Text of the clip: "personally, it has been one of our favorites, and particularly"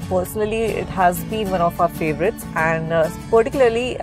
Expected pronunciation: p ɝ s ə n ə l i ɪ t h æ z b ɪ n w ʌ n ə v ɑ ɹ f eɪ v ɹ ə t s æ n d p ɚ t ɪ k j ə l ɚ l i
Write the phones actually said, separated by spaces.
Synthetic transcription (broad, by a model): p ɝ s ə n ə l i ɪ t h æ z b ɪ n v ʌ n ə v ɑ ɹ f eɪ v ɹ ə t s æ n d p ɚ t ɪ k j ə l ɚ l i